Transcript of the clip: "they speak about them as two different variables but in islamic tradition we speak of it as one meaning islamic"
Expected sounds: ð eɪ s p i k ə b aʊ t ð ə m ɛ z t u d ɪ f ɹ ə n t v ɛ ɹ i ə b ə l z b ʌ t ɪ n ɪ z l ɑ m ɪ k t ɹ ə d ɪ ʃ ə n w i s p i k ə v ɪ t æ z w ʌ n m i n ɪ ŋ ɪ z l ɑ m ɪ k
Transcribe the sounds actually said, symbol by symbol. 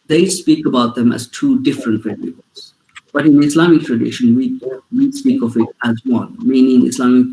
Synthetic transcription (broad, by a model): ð eɪ s p i k ə b aʊ t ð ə m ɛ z t u d ɪ f ɹ ə n t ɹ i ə ə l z b ʌ t ɪ n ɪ s l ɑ m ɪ k t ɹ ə d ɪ ʃ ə n w i s p i k ə v ɪ t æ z w ʌ n m i n ɪ ŋ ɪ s l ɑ m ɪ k